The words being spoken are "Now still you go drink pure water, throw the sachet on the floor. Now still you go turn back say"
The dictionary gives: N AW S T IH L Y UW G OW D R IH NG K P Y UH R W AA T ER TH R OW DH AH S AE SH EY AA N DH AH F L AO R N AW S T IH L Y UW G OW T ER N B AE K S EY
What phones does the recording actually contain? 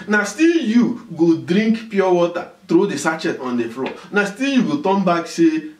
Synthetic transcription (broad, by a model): N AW S T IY L Y UW G OW D R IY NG K P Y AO W AA T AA T R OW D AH S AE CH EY AA N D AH F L AO N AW S T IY L Y UW G OW T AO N B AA K S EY